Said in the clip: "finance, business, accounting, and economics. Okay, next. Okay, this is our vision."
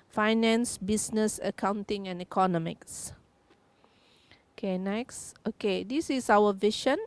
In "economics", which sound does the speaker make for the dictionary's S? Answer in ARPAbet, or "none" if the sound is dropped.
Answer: S